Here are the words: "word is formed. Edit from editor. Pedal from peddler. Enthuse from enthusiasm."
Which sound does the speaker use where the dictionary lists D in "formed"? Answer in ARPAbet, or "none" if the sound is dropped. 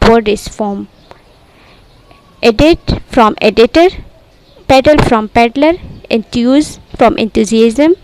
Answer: none